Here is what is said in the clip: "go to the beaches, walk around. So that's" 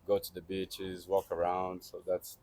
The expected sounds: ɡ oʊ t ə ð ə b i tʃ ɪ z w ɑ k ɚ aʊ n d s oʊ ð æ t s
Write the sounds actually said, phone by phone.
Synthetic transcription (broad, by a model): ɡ oʊ t ə ð ə b i tʃ ɪ z w ɑ k ɚ aʊ n d s oʊ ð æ t s